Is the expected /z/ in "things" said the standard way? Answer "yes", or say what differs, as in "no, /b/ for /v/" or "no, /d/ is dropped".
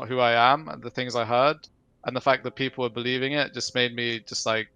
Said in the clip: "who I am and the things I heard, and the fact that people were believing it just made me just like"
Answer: yes